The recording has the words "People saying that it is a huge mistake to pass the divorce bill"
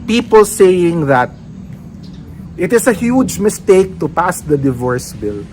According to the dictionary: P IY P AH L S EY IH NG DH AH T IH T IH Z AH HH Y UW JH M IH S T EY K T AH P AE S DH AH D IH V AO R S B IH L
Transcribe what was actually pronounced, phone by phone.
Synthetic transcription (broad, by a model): P IY P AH L S EY IH NG DH AH T IH T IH S AH HH Y UW JH M IH S T EY K T AH P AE S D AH D IH V AO R S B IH L